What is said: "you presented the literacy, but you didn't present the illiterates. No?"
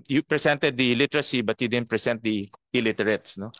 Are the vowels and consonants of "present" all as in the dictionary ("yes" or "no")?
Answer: no